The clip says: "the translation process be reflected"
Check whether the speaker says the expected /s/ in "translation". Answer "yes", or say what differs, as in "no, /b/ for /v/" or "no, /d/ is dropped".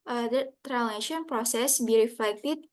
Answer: no, /s/ is dropped